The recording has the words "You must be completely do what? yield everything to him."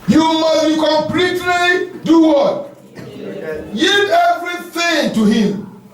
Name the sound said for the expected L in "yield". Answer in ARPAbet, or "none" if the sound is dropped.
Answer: none